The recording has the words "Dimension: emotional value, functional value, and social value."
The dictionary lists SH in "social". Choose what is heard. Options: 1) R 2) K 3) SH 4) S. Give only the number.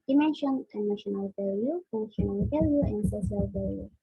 4